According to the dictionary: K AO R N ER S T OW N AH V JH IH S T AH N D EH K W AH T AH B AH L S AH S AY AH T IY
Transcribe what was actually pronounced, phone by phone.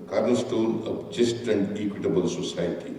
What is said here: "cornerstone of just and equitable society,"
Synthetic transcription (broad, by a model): K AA R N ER S T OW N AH P JH IH S T AH N D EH K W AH T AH B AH L S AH S AY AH T IY